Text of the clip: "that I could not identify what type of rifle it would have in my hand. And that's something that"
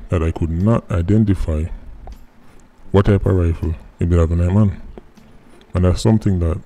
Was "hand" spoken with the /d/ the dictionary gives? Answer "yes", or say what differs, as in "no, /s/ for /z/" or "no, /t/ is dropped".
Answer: no, /d/ is dropped